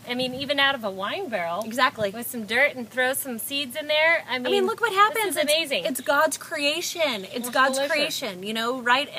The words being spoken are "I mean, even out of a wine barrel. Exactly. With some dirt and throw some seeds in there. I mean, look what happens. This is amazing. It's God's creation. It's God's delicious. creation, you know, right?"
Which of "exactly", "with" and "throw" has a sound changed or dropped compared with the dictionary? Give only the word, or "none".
none